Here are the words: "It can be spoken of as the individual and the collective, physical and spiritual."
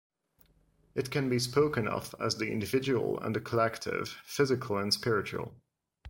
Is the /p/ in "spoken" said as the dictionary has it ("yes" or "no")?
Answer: yes